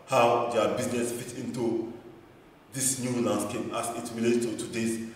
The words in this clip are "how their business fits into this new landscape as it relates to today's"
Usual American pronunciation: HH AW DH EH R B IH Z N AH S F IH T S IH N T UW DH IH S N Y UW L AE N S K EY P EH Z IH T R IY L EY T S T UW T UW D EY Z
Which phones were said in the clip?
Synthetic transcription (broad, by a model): HH AW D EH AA B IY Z N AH S F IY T IH N T UW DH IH S N Y UW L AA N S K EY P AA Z IH T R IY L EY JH T UW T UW D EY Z